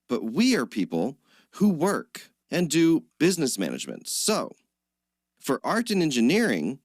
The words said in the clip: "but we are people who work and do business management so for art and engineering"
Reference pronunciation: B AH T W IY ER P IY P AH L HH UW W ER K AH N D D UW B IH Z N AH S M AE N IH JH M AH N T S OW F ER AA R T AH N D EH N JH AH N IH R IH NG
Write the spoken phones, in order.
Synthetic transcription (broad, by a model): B AH T W IY ER P IY P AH L HH UW W ER K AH N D D UW B IH Z N AH S M AE N IH JH M AH N T S OW F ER AA R T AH N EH N JH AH N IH R IH NG